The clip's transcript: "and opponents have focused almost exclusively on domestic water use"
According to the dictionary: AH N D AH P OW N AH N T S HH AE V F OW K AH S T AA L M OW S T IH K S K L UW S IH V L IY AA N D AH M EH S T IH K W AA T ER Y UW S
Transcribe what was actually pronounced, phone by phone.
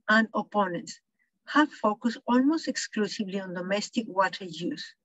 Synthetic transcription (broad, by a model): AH N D AH P OW N AH N T S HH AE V F OW K AH S T AA L M OW S T IH K S K L UW S IH V L IY AA N D AH M EH S T IH K W AA T ER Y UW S